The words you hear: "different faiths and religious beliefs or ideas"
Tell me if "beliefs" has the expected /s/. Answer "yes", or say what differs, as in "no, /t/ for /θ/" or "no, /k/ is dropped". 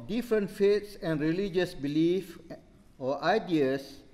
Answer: no, /s/ is dropped